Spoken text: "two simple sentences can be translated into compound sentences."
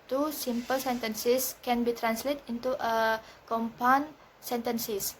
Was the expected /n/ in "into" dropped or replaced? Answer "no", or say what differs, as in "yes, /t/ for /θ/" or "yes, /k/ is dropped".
yes, /n/ is dropped